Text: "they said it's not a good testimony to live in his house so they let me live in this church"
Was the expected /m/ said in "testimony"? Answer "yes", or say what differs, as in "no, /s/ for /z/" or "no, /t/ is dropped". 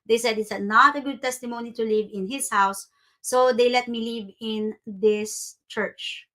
yes